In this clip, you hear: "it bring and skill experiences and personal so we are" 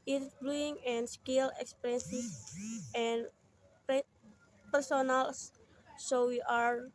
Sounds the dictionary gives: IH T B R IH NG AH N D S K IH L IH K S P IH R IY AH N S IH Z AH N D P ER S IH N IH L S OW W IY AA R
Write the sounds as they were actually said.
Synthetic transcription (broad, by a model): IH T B L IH NG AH N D S K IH L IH K S P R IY N S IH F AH N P P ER S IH N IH L S OW W IY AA R